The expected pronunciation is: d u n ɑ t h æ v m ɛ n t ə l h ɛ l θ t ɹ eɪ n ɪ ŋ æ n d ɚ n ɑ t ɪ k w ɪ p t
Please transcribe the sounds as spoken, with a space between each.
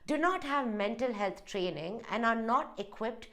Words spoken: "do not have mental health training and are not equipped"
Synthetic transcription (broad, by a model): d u n ɑ t h æ v m ɛ n t ə l h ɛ l t t ɹ eɪ n ɪ ŋ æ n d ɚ n ɑ t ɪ k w ɪ p t